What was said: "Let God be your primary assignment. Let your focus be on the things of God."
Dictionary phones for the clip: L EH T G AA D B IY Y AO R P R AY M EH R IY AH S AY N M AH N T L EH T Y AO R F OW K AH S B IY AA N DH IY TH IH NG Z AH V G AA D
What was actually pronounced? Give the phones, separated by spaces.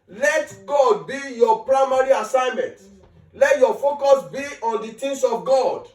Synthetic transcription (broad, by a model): L EH T G AA D B IY Y AO P R AY M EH R IY AH S AY N M AH N T L EH T Y AO F OW K AH S B IY AA N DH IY T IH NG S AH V G AA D